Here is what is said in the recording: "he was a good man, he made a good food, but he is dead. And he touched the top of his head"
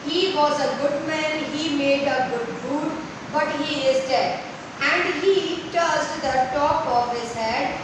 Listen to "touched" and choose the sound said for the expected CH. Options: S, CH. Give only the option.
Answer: S